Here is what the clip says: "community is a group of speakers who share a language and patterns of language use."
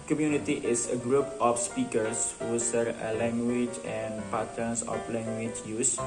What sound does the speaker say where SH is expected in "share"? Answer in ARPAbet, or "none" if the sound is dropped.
S